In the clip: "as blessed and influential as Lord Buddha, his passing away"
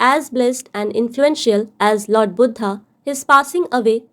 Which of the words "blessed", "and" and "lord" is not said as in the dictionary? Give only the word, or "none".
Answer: none